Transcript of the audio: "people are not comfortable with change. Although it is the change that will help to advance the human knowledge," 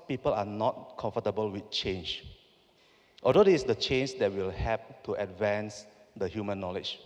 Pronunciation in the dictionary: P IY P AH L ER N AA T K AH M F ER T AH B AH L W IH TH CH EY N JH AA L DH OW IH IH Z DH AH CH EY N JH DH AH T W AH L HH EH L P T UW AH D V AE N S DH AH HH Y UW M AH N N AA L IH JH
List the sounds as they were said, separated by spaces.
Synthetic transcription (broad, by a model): P IY P AH L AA N AA T K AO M F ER T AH B AH L W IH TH CH EY N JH AA L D OW IH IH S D AH CH EY N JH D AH T W AH L HH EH P T UW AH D V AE N S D AH HH Y UW M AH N N AA L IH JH